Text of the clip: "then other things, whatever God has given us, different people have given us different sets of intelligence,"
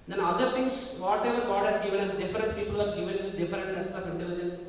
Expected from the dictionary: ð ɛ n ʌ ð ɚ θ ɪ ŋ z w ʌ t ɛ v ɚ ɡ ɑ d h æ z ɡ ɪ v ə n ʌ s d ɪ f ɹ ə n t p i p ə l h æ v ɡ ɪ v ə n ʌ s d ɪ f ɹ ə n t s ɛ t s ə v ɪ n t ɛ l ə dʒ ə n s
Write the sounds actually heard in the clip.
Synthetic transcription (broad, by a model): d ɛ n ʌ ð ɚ t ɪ ŋ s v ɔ t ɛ v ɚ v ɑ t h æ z ɡ ɪ v ə n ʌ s d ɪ f ɹ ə n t p i p ə l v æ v ɡ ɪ v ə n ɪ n d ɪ f ɹ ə n t s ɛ s s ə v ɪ n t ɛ l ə dʒ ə n s